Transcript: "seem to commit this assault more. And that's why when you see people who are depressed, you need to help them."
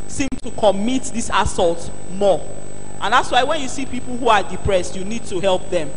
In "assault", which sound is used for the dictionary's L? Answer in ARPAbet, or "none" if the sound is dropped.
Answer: L